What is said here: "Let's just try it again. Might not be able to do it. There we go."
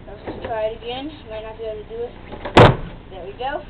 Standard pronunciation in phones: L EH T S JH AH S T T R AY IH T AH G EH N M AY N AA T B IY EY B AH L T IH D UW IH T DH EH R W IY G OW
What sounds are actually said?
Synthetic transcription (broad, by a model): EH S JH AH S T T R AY IH T AH G EH N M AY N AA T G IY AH N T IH D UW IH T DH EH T W IY G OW